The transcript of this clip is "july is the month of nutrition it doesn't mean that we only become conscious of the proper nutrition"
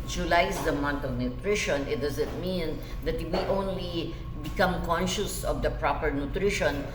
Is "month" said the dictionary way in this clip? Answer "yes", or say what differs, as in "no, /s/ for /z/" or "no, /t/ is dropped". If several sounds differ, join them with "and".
no, /t/ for /θ/